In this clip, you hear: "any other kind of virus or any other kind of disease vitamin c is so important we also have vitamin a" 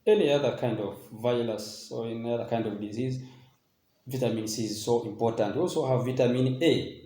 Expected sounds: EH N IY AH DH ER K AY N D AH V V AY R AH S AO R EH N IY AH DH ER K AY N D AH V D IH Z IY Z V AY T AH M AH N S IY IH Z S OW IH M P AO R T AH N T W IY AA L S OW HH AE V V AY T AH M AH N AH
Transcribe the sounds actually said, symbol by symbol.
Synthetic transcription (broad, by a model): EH N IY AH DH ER K AY N D AH V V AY L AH S AO R EH N IY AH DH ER K AY N D AH V D IH Z IY Z V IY T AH M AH N S IY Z S OW IH M P AO R T AH N T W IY AA L S OW HH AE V V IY T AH M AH N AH